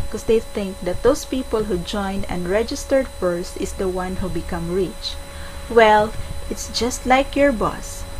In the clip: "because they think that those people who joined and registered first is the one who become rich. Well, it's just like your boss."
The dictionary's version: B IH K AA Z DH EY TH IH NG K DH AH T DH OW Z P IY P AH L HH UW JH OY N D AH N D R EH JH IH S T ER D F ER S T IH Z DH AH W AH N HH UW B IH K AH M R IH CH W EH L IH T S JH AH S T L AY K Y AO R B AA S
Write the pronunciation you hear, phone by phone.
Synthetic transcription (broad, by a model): K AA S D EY TH IH NG K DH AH T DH OW S P IY P AH L HH UW JH OY N D AH N D R EH JH IH S T ER D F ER S T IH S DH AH W AH N HH UW B IH K AH M R IH CH W EH L IH T S JH AH S T L AY K Y AO R B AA S